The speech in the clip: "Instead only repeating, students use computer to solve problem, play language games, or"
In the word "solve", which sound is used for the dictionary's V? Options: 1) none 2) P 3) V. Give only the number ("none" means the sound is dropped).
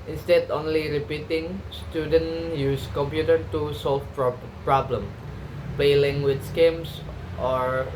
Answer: 2